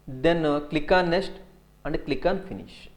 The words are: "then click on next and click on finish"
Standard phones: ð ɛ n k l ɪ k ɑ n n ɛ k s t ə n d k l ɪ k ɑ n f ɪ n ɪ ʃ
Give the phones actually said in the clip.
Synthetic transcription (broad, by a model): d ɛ n k l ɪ k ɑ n n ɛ s t ə n d k l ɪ k ɑ n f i n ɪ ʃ